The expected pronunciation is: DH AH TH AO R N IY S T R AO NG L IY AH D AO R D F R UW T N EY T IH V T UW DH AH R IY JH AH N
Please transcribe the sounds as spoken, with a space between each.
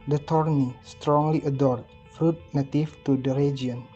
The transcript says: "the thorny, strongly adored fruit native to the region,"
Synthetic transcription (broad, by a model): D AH T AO R N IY S T R AO NG L IY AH D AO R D F R UW T N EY T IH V T UW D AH R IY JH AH N